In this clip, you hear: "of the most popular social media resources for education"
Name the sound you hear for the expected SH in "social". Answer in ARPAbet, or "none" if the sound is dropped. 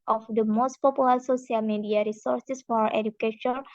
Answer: S